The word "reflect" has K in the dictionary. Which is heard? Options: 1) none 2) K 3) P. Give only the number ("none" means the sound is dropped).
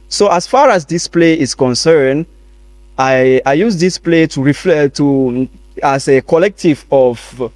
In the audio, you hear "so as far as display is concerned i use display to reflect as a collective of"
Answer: 1